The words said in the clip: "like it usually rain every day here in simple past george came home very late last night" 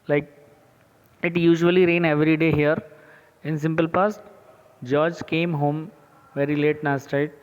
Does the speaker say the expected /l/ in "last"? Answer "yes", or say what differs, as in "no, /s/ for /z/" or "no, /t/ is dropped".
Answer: no, /n/ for /l/